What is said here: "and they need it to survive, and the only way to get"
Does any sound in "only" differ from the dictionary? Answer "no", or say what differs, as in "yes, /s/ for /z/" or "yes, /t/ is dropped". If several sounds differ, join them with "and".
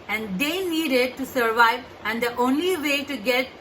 no